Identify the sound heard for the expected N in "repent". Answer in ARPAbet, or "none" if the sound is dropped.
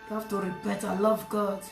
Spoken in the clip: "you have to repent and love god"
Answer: none